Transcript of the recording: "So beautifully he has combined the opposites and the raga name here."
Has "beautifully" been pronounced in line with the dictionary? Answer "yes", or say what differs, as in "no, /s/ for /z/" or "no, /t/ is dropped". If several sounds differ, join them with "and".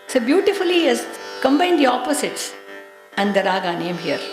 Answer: no, /l/ is dropped